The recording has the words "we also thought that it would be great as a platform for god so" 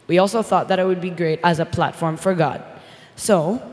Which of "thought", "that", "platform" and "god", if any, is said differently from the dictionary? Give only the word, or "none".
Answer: none